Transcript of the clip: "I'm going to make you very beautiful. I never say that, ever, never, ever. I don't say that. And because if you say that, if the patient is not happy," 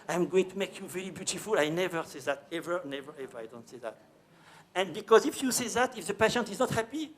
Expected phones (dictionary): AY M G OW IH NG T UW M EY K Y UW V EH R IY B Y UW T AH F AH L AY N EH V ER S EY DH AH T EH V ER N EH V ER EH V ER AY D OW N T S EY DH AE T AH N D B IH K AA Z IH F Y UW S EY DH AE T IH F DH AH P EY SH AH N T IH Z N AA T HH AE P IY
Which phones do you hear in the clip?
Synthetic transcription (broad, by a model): AY M G OW IH NG T UW M EY K Y UW V EH R IY B Y UW T AH F AH L AY N EH V ER S EY DH AH T EH V ER N EH V ER EH V ER AY D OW N T S EY DH AE T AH N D B IH K AA Z IH F Y UW S EY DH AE T IH F DH AH P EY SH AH N T IH Z N AA T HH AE P IY